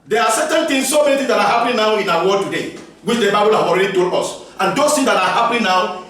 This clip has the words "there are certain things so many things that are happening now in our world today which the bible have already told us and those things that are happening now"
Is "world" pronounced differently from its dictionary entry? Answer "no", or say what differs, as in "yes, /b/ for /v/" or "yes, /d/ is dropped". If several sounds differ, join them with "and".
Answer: yes, /l/ is dropped